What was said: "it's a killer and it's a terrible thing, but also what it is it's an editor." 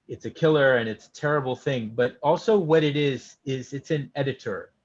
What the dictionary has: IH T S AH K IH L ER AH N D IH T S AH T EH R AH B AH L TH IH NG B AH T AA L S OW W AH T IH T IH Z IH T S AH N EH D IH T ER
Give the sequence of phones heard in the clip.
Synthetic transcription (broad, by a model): IH T S AH K IH L ER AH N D IH T S AH T EH R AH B L TH IH NG B AH T AA L S OW W AH T IH T IH Z IH T S AH N EH D IH T ER